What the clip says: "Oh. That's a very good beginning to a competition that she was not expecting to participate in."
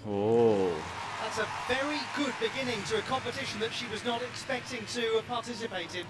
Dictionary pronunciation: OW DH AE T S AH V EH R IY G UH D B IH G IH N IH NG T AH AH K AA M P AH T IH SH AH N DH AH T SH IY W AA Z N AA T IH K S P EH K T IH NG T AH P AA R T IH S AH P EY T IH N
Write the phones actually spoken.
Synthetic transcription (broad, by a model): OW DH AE T S AH V EH R IY G UH D B IH G IH N IH NG T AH AH K AA M P AH T IH SH AH N DH AH T SH IY W AA Z N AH T IH K S P EH K T IH NG T AH P AA R T IH S AH P EY T IH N